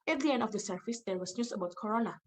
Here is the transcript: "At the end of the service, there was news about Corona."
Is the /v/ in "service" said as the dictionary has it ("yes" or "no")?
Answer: no